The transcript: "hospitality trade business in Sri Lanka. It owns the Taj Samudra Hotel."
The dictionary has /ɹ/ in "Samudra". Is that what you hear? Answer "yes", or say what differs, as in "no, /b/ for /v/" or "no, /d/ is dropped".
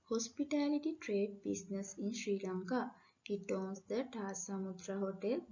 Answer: yes